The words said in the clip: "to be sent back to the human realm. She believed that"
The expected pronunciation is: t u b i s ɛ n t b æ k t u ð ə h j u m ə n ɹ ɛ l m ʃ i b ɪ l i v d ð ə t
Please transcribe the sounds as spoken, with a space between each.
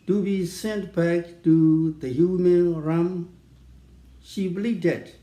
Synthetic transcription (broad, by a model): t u b i s ɛ n t b æ k t u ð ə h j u m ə n ɹ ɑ m ʃ i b l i d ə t